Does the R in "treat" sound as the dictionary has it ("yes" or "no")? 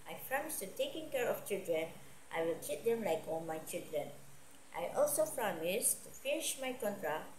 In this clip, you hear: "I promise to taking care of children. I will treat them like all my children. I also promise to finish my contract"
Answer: no